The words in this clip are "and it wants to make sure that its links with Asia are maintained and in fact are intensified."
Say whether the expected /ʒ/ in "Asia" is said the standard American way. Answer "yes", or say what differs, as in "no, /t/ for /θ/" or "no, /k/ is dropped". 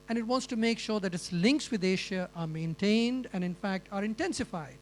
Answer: no, /ʃ/ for /ʒ/